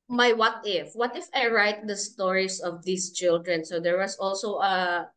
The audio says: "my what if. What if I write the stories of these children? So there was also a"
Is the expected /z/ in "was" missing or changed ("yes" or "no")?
yes